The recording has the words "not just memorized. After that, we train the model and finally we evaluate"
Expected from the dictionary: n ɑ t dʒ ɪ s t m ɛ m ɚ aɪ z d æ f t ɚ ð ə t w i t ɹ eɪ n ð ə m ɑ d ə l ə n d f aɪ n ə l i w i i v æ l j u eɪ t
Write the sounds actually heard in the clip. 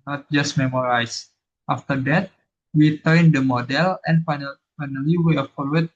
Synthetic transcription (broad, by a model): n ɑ t dʒ ɪ s t m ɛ m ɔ aɪ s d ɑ f t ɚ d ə t w i t eɪ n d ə m ɑ d ə l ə n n f aɪ n ə l i w i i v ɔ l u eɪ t